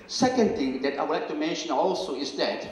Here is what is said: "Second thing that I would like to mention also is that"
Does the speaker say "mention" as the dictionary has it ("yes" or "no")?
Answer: yes